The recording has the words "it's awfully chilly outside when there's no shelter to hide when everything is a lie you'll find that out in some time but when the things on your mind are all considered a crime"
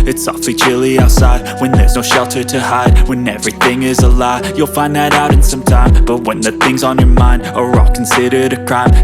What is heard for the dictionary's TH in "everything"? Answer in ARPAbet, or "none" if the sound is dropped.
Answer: TH